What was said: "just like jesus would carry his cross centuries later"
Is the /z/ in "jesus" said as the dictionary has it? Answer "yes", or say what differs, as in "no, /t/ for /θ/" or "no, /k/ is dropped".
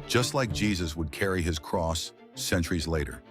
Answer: yes